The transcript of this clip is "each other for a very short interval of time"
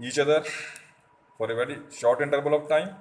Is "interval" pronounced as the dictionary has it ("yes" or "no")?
no